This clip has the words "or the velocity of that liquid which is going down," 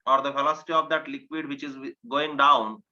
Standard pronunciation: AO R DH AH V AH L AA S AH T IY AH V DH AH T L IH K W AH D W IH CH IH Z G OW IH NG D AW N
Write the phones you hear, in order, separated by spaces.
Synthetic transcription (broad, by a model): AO R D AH F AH L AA S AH T IY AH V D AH T L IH K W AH D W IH CH IH Z G OW IH NG D AW N